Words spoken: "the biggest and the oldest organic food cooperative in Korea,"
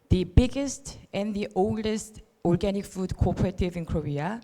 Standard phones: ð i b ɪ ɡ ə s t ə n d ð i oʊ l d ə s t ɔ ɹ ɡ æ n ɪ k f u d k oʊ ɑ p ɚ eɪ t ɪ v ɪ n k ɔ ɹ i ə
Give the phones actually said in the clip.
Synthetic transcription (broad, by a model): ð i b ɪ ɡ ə s t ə n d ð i oʊ l d ə s t ɔ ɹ ɡ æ n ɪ k f u d k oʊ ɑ p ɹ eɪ t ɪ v ɪ n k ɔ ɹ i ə